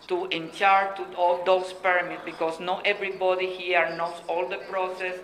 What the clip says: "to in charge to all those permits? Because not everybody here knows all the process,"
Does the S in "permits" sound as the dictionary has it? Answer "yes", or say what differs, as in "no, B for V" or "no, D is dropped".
no, S is dropped